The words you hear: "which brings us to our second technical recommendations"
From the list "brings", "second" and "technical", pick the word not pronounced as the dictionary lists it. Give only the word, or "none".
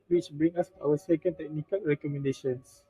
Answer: brings